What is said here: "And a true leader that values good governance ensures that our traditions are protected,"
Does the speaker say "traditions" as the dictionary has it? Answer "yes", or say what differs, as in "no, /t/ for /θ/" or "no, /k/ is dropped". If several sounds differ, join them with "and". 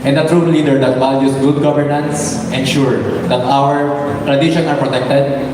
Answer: no, /z/ is dropped